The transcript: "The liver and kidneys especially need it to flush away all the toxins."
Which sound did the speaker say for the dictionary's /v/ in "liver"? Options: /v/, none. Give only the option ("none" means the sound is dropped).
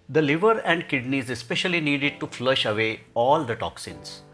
/v/